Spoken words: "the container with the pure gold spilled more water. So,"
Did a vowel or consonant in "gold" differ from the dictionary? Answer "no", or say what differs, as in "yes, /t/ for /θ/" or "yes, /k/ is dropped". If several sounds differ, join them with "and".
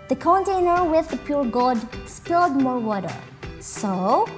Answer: yes, /l/ is dropped